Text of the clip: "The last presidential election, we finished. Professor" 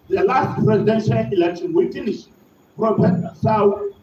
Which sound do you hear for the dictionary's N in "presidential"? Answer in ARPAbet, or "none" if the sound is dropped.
N